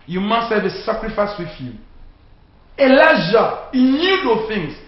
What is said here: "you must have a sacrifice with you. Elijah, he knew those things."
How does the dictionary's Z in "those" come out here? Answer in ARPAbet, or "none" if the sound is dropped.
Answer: none